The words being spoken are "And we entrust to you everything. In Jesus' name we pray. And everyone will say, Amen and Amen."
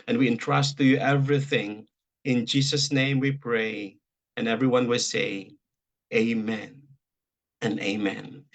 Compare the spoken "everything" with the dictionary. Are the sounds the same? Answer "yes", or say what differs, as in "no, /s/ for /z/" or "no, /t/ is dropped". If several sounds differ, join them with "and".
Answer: yes